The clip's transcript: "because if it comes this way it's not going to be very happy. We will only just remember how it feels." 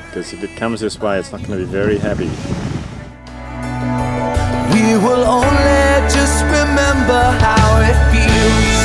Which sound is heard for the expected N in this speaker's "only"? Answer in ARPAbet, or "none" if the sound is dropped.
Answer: N